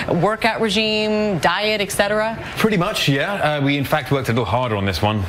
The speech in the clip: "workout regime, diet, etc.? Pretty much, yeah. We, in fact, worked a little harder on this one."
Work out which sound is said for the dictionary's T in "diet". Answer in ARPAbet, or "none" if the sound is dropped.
T